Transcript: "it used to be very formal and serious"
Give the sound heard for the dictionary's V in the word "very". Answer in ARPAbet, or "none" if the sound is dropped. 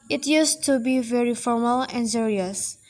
V